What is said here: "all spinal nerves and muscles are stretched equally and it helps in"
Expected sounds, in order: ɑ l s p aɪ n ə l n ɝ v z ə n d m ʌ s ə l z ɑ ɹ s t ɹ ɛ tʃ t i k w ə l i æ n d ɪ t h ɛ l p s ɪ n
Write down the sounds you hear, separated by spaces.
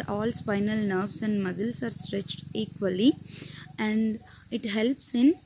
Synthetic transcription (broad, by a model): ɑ l s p aɪ n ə l n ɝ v s ə n d m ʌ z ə l s ɑ ɹ s t ɹ ɛ tʃ t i k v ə l i æ n d ɪ t h ɛ l p s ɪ n